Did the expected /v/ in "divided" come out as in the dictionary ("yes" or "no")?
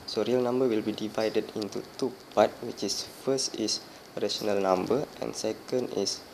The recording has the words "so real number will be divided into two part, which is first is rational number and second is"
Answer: yes